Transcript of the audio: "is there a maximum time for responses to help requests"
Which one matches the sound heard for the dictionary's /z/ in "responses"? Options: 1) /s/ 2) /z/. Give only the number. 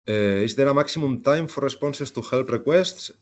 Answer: 1